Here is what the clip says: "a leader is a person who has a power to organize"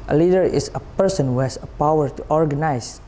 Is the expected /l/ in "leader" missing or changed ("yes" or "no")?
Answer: no